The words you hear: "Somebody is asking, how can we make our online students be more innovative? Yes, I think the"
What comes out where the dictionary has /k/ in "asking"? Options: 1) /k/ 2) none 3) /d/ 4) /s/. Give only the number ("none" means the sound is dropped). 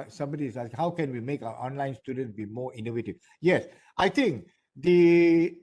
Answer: 2